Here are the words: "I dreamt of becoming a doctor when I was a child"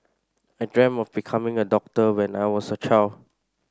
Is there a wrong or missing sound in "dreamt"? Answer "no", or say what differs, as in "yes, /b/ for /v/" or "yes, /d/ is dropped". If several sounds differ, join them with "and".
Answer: yes, /t/ is dropped